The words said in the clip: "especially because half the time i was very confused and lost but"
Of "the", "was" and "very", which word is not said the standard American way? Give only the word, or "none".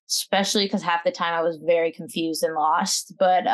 none